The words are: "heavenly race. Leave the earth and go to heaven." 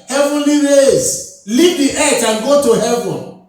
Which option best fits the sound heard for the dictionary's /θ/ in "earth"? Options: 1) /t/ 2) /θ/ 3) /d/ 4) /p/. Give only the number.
1